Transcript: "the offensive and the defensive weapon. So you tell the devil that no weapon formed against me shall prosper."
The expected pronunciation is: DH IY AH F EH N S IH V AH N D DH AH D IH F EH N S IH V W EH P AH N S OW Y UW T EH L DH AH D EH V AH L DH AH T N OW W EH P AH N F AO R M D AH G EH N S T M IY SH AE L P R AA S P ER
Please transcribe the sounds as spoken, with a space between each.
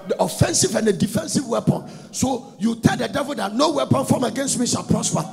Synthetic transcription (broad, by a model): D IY AH F EH N S IH V AH N D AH D IH F EH N S IH V W EH P AH N S OW Y UW T EH L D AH D EH V AH L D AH T N OW W EH P AH N F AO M AH G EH N S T M IY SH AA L P R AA S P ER